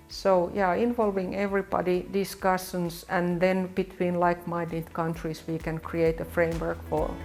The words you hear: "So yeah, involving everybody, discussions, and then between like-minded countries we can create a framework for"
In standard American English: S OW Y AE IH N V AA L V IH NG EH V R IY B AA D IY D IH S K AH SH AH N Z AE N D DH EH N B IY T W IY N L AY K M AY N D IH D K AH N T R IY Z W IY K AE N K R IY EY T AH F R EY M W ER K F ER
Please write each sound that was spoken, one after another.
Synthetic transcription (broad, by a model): S OW Y AE IH N V AA L V IH NG EH V R IY B AA D IY D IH S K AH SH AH N S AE N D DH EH N B IY T W IY N L AY K M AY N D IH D K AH N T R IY S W IY K AE N K R IY EY T AH F R EY M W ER K F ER